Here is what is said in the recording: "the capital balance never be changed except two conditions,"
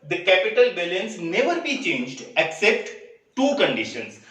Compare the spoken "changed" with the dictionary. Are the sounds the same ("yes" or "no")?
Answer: yes